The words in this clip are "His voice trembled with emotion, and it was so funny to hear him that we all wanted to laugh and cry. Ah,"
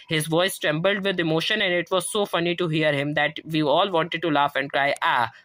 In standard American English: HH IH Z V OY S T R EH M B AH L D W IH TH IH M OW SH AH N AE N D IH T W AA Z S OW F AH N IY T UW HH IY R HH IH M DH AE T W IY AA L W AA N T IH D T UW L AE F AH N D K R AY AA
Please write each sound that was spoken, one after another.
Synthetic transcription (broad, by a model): HH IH Z V OY S T R EH M B AH L D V IH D IH M OW SH AH N AE N D IH T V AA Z S OW F AH N IY T UW HH IY R HH IH M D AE T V IY AA L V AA N T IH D T UW L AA F AH N D K R AY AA